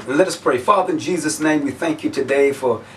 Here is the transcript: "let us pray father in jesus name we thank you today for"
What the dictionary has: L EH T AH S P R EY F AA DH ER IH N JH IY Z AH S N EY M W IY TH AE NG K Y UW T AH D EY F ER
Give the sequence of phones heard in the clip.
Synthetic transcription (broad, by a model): L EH T AH S P R EY F AA DH ER IH N JH IY Z AH S N EY M W IY TH AE NG K Y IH T AH D EY F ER